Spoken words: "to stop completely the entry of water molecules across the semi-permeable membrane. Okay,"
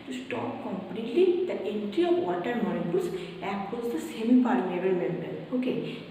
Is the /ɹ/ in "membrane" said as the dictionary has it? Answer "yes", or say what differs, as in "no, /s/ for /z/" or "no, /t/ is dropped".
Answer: no, /ɹ/ is dropped